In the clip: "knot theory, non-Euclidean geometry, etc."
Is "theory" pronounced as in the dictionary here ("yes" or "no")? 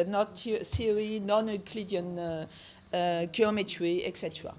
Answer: no